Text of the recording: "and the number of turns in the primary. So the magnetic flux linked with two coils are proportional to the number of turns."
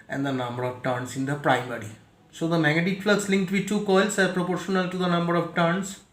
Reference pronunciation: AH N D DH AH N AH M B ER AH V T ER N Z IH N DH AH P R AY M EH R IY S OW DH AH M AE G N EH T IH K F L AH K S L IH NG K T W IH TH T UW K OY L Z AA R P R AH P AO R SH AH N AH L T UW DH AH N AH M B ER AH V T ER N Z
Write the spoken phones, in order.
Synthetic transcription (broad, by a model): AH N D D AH N AH M B ER AH V T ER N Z IH N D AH P R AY M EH R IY S OW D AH M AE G EH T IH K F L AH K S L IH NG K T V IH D T UW K OY L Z AA R P R AH P AO R SH AH N AH L T UW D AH N AH M B ER AH V T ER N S